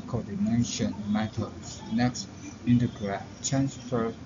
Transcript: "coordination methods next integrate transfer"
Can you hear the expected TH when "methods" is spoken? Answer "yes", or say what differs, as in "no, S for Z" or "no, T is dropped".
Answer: no, T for TH